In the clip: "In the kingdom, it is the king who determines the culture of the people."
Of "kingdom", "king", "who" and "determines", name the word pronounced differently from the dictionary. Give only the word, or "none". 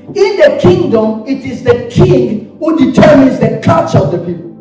none